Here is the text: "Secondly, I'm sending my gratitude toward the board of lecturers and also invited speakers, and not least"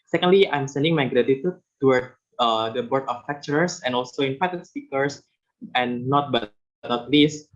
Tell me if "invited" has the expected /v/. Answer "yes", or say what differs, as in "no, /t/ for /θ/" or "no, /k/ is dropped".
no, /p/ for /v/